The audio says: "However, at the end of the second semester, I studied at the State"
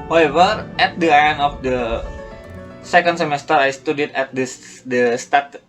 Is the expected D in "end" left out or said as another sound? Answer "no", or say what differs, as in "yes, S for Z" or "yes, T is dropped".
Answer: yes, D is dropped